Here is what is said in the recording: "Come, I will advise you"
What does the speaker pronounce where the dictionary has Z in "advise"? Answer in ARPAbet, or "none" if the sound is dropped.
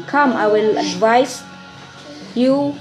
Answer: S